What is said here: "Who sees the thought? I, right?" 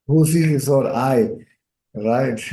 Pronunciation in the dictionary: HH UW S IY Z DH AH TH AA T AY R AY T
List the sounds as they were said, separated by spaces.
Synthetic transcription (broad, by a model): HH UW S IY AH S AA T AY R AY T